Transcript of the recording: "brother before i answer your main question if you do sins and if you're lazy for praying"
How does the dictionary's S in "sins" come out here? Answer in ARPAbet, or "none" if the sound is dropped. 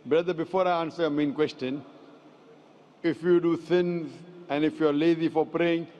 TH